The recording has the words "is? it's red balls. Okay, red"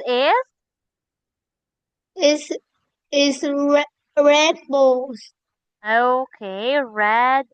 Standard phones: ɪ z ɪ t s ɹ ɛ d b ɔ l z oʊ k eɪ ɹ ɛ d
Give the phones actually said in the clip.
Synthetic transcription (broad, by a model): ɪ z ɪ s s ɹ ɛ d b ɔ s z oʊ k eɪ ɹ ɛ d